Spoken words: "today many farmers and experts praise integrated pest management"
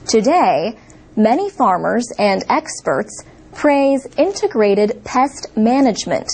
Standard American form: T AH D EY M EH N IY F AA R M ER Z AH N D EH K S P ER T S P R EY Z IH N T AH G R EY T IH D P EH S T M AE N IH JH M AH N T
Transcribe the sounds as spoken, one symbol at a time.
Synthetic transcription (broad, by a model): T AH D EY M EH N IY F AA R M ER Z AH N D EH K S P ER T S P R EY Z IH N T AH G R EY T IH D P EH S T M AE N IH JH M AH N T